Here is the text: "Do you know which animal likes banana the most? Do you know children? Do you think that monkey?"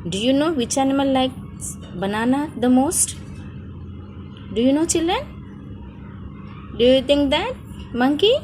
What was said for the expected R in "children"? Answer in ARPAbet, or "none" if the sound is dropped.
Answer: none